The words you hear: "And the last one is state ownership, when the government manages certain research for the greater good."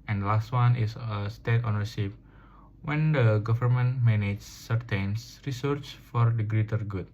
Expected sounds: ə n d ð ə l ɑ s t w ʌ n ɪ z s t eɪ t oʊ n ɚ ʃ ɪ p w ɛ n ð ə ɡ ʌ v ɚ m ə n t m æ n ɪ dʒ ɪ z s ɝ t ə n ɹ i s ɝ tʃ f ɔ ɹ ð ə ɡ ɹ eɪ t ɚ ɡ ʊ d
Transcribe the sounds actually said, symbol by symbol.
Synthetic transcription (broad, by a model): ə n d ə l ɑ s t w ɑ n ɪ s s t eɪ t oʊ n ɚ s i f w ɛ n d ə ɡ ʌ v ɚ m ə n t m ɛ n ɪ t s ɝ t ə n ɹ i s ɝ tʃ f ɔ ɹ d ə ɡ ɹ eɪ t ɚ ɡ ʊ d